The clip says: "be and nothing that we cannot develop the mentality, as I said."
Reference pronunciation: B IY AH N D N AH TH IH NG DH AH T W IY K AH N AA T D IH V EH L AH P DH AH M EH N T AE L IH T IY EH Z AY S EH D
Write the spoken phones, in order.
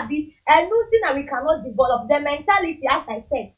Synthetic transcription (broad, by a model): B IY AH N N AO T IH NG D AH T W IY K AH N AA T D IH V EH L AH P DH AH M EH N T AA L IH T IY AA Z AY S EH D